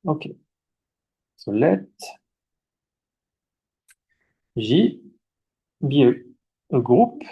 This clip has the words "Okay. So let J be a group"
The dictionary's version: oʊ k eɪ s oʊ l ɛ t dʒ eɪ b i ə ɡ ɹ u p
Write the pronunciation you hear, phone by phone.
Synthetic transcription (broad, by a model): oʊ k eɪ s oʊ l ɛ t ʒ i b i ə ɡ ɹ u p